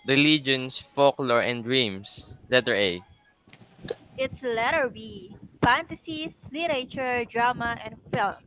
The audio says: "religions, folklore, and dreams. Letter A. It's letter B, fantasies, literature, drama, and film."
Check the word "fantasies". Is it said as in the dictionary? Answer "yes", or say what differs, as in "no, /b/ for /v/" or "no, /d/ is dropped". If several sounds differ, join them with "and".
no, /s/ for /z/